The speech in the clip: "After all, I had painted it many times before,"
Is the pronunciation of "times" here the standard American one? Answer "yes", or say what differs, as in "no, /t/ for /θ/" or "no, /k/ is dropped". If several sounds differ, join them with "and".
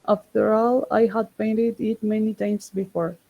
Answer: no, /s/ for /z/